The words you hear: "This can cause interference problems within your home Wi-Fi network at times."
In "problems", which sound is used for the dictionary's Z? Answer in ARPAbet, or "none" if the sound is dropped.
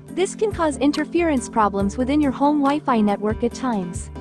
Z